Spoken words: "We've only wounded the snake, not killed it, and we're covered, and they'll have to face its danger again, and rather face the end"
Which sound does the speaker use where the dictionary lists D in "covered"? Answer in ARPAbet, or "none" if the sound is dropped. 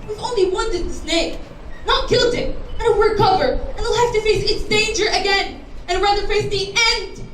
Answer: none